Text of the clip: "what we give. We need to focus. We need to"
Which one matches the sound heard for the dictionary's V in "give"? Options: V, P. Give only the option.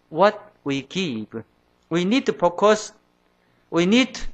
P